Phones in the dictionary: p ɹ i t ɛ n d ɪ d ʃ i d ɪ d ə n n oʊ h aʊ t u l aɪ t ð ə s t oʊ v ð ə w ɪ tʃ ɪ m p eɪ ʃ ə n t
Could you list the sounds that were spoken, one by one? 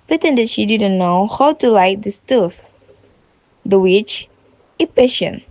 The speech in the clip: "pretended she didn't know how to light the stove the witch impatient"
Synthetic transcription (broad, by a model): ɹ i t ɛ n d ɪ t ʃ i d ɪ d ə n n oʊ h aʊ t u l aɪ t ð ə s t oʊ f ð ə w ɪ tʃ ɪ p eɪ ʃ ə n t